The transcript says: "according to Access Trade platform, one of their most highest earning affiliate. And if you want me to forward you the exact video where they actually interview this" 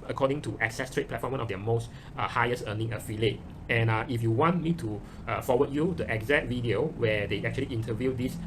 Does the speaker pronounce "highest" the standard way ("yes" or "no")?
no